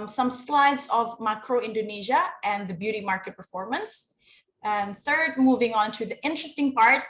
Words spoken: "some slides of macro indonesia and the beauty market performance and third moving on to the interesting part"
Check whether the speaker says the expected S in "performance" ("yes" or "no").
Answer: yes